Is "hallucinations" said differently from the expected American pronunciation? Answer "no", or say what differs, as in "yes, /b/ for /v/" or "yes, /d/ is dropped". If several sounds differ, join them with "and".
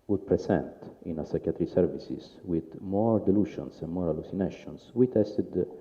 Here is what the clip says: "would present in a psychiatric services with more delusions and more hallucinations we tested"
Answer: yes, /s/ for /z/